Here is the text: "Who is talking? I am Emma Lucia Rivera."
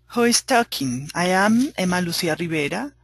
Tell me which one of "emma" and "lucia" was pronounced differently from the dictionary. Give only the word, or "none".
lucia